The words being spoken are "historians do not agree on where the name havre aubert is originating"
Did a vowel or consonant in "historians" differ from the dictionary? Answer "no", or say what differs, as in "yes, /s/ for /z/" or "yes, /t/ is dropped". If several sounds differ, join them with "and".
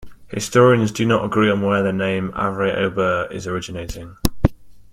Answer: no